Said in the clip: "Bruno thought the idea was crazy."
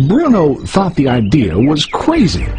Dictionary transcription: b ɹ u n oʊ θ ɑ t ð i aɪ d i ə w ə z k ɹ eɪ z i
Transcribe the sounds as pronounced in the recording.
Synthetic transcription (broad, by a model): b ɹ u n oʊ θ ɑ t ð i aɪ d i ə w ə z k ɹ eɪ z i